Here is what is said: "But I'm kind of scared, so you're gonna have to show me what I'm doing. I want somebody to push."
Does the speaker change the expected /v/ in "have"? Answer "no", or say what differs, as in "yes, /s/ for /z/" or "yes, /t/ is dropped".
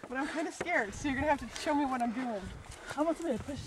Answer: yes, /f/ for /v/